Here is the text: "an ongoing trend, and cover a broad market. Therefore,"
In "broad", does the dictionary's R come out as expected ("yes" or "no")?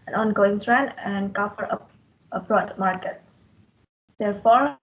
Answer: yes